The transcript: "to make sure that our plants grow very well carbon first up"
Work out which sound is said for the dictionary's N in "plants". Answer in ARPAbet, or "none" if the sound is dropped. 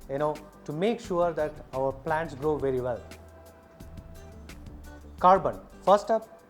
N